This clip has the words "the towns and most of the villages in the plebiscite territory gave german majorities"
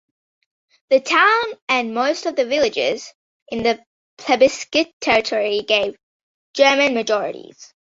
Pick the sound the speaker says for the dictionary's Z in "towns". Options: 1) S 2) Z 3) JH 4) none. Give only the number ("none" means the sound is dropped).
4